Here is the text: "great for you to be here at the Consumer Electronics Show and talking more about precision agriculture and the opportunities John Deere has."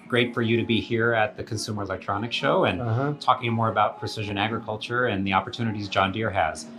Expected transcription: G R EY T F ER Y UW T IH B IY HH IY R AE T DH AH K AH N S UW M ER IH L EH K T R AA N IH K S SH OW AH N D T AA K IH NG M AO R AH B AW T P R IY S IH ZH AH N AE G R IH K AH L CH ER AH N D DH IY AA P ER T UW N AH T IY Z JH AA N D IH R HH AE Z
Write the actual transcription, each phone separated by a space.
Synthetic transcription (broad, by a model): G R EY T F ER Y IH T IH B IY HH IY R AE T DH AH K AH N S UW M ER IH L EH K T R AA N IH K SH OW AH N T AA K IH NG M AO R AH B AW T P R IY S IH ZH AH N AE G R IH K AH L CH ER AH N DH IY AA P ER T UW N AH T IY Z JH AA N D IH R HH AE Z